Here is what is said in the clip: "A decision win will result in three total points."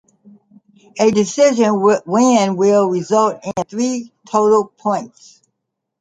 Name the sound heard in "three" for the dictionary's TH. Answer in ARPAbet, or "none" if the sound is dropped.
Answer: TH